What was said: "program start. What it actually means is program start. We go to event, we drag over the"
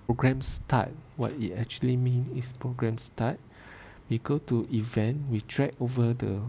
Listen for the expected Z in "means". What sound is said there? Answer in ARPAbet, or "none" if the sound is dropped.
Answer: none